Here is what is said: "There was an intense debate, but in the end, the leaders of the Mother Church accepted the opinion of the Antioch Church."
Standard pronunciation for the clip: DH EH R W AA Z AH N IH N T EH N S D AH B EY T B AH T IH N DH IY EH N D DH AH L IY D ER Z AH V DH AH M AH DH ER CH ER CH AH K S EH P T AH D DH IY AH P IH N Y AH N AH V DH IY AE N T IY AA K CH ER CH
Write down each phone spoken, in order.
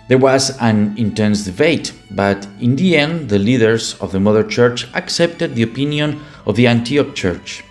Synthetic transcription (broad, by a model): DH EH R W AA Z AH N IH N T EH N S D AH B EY T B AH T IH N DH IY EH N D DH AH L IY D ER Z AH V DH AH M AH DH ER CH ER CH AH K S EH P T AH D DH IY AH P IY N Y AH N AH V DH IY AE N T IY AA K CH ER CH